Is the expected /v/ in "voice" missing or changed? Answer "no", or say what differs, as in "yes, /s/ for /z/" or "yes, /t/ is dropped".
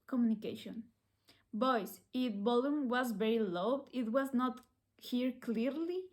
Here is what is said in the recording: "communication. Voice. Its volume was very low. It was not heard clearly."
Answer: yes, /b/ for /v/